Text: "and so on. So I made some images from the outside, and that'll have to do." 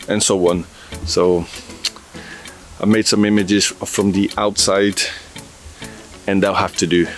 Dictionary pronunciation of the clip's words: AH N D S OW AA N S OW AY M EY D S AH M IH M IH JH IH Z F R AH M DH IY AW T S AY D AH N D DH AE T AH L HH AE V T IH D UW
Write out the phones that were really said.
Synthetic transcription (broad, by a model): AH N S OW AA N S OW AY M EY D S AH M IH M IH JH IH Z F R AH M DH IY AW T S AY D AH N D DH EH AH L HH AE F T IH D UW